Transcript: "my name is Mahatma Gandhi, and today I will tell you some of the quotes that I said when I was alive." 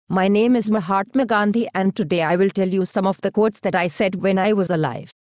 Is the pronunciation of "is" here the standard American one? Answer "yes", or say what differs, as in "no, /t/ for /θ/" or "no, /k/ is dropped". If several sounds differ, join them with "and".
yes